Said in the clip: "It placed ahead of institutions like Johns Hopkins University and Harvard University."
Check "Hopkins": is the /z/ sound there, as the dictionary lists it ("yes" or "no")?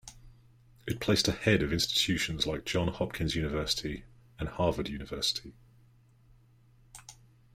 yes